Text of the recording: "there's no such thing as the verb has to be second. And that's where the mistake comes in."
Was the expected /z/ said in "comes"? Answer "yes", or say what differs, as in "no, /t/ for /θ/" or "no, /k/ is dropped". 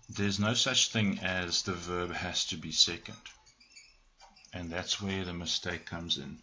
yes